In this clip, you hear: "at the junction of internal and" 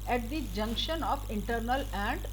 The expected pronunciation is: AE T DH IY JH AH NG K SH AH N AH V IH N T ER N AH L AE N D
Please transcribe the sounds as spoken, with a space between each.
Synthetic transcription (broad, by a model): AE T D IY JH AH NG K SH AH N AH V IH N T ER N AH L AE N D